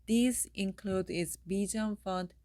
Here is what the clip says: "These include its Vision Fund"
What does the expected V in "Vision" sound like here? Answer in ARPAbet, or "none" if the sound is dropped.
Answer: B